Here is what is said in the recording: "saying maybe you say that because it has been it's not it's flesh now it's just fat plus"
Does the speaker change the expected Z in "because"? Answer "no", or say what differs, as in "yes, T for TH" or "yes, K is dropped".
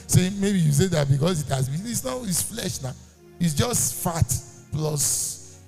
yes, S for Z